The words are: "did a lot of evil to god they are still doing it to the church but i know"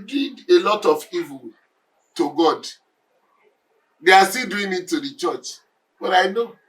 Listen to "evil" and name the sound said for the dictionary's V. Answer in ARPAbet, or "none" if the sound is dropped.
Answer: V